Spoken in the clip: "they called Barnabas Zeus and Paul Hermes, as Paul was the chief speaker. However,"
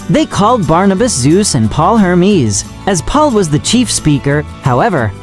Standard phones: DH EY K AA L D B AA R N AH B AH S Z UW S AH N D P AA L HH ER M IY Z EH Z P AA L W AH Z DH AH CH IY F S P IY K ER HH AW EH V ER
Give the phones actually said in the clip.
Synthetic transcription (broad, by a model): DH EY K AA L D B AA R N AH B AH S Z UW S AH N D P AA L HH ER M IY Z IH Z P AA L W AH Z DH AH CH IY F S P IY K ER HH AW EH V ER